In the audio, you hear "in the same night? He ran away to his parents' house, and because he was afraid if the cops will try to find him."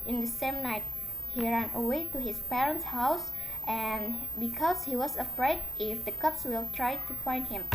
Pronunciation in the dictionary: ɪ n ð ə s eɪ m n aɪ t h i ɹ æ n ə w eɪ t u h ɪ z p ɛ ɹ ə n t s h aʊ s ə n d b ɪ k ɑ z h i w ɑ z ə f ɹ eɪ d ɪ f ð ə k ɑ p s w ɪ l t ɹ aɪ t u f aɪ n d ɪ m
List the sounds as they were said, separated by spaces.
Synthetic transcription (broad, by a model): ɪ n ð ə s eɪ m n aɪ t h i ɹ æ n ə w eɪ t u h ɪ s p ɛ ɹ ə n t s h aʊ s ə n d b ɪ k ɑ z h i w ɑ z ə f ɹ eɪ d ɪ f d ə k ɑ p s w ɪ l t ɹ aɪ t u f aɪ n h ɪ m